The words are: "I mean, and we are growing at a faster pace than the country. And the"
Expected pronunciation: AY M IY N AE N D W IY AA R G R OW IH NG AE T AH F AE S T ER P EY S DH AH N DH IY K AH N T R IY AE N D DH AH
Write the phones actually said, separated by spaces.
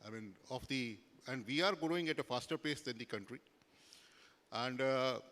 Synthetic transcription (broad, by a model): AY M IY N AE N D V IY AA R G OW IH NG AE T AH F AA S T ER P EY S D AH N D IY K AH N T R IY AE N D